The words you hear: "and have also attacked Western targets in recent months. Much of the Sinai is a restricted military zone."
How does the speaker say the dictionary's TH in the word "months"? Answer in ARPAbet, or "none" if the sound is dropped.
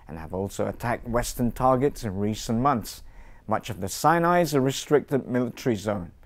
TH